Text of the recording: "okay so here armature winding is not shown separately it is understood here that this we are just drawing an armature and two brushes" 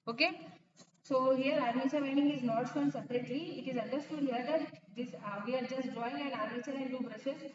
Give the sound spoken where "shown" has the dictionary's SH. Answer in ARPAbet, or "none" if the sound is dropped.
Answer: S